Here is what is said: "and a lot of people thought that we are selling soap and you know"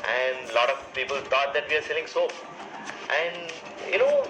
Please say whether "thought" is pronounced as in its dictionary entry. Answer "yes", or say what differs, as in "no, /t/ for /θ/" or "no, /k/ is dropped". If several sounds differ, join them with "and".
no, /t/ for /θ/